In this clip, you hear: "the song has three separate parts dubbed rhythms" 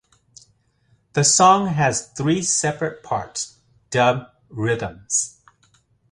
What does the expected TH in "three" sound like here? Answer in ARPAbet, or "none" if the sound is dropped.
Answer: TH